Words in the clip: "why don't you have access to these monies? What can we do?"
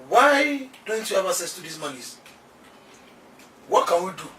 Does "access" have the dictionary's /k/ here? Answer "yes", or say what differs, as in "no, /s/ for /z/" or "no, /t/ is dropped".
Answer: no, /k/ is dropped